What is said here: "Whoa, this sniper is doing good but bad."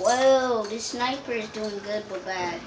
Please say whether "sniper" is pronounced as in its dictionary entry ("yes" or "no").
yes